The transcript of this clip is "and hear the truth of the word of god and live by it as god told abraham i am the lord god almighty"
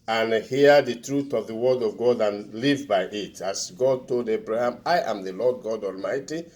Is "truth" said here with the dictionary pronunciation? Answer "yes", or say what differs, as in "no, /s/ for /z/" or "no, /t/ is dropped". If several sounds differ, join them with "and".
yes